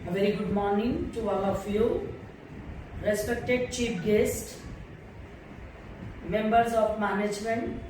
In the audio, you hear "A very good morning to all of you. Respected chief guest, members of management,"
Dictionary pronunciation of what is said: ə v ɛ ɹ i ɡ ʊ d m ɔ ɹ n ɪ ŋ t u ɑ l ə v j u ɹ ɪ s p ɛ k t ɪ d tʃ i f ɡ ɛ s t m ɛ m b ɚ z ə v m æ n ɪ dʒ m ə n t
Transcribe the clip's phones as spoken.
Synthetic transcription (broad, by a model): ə v ɛ ɹ i ɡ ʊ d m ɔ ɹ n ɪ ŋ t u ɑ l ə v j u ɹ ɪ s p ɛ k t ɪ d tʃ i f ɡ ɛ s t m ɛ m b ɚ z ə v m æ n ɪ dʒ m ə n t